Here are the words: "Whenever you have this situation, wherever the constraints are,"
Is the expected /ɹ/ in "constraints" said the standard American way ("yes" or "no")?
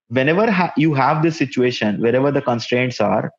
yes